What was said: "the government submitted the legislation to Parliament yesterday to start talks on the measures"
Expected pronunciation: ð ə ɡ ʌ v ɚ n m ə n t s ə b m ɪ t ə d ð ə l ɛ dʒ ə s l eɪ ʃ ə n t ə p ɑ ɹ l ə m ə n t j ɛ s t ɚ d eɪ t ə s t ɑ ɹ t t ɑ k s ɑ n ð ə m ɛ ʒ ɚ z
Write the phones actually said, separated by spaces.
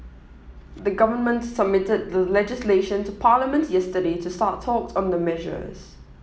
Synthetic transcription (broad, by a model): ð ə ɡ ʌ v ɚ n m ə n t s ə b m ɪ t ə d ð ə l ɛ dʒ ə s l eɪ ʃ ə n t ə p ɑ l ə m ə n t j ɛ s t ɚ d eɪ t ə s t ɑ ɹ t t ɑ k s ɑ n ð ə m ɛ ʒ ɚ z